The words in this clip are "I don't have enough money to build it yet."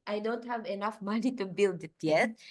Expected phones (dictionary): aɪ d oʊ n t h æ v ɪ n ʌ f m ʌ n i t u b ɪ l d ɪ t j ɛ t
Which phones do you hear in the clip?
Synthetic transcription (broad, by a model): aɪ d oʊ n t h æ v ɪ n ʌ f m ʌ n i t u b ɪ l d ɪ t j ɛ t